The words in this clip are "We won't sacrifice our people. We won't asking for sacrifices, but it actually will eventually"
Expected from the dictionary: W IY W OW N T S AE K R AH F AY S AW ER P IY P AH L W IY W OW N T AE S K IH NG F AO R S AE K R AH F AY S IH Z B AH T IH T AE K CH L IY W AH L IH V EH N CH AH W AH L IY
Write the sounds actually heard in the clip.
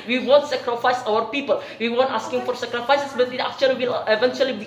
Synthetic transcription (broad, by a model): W IY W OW N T S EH K R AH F AY S AW ER P IY P AH L W IY W OW N T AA S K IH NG F AO R S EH K R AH F AY S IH S B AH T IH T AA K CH IY W AH L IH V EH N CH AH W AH L IY